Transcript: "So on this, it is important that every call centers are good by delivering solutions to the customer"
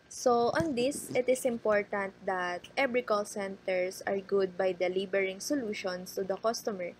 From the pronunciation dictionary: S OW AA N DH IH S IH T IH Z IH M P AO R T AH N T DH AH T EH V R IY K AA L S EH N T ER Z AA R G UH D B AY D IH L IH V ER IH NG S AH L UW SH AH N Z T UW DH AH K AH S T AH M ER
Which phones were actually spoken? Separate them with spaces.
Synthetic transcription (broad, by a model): S OW AA N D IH S IH T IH S IH M P AO R T AH N T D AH T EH B R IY K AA L S EH N T ER S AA R G UH D B AY D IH L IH B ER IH NG S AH L UW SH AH N S T UW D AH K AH S T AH M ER